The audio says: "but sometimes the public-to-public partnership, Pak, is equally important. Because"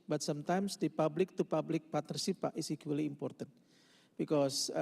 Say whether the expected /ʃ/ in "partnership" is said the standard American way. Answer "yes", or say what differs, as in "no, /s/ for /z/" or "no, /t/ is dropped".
no, /s/ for /ʃ/